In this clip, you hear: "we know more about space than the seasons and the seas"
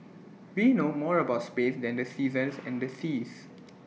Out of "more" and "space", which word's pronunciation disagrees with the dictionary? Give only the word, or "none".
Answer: none